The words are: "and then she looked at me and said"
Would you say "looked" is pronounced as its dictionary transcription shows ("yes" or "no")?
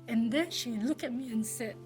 no